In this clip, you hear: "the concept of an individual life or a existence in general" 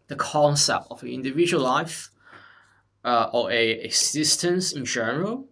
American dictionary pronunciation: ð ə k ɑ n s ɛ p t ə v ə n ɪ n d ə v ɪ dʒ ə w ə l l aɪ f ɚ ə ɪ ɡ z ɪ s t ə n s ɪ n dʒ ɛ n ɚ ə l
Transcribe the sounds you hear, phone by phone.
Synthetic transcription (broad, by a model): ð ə k ɑ n s ɛ p t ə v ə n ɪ n d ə v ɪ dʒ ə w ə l l aɪ f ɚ ə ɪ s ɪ s t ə n s ɪ n dʒ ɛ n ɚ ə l